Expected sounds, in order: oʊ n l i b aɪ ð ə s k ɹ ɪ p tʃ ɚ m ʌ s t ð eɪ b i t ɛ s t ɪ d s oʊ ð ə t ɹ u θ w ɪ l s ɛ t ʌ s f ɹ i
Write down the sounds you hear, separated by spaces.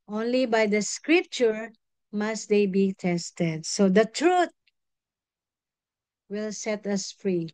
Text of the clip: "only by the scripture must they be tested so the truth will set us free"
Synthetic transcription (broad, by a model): oʊ n l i b aɪ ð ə s k ɹ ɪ p tʃ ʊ m ʌ s t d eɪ b i t ɛ s t ɪ d s oʊ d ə t ɹ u t w ɪ l s ɛ t ʌ s f ɹ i